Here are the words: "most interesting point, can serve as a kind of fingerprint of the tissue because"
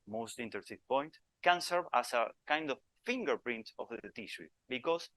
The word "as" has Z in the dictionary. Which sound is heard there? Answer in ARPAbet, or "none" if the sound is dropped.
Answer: S